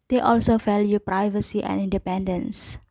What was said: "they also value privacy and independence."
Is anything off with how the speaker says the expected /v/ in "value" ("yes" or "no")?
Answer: yes